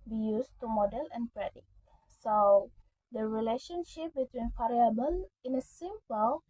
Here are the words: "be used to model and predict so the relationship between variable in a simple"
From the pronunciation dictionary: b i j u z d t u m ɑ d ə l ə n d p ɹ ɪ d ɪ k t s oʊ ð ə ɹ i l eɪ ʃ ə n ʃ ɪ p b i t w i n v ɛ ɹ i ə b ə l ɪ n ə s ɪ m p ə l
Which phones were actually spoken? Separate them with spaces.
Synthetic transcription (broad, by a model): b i j u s t u m ɑ d ə l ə n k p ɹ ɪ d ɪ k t s oʊ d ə ɹ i l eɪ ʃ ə n ʃ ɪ p b i t w i n f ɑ ɹ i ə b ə n ɪ n ə s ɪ m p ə l